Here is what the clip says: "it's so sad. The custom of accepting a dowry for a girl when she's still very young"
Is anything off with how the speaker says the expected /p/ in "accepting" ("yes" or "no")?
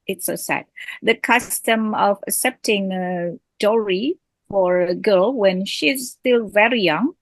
no